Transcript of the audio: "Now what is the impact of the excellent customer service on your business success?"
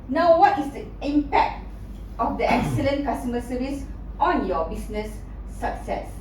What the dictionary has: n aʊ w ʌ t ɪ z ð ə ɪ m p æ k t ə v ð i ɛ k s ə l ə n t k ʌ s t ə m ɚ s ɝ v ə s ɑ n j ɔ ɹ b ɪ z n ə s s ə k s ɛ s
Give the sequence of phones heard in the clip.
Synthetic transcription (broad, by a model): n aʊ w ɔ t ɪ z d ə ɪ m p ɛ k t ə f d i ɛ k s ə l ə n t k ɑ s t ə m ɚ s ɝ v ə s ɑ n j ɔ b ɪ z n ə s s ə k s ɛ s